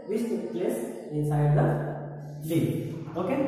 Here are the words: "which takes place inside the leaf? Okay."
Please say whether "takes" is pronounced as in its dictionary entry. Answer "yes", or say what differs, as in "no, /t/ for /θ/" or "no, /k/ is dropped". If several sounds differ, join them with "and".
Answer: no, /s/ is dropped